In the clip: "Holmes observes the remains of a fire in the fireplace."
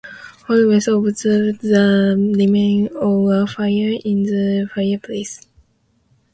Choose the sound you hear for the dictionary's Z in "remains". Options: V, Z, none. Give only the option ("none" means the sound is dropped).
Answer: none